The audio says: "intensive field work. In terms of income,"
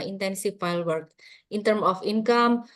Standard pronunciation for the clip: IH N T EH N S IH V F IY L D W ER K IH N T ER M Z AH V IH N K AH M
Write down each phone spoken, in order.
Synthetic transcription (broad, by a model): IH N T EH N S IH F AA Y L W ER K IH N T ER M AH F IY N K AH M